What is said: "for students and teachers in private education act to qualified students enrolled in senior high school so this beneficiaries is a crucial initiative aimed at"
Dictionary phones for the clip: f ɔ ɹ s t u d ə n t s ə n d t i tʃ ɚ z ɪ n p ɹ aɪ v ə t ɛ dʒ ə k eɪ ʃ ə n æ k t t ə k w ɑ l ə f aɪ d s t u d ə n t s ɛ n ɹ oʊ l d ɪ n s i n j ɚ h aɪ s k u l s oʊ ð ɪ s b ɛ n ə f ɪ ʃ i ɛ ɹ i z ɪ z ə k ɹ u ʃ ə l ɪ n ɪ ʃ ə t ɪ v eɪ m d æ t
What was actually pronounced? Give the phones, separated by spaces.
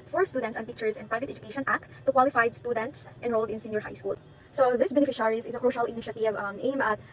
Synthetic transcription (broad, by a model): f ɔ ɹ s t u d ə n t s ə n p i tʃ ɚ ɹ ɪ n p ɹ aɪ v ə t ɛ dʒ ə k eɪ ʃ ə n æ k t t ə k w ɑ l ə f aɪ d s t u d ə n t s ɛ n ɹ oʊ l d ɪ n s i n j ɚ h aɪ s k u l s oʊ ð ɪ s b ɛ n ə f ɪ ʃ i ɹ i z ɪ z ə k ɹ u ʃ ə l ɪ n ɪ ʃ ə t ɪ v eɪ m æ t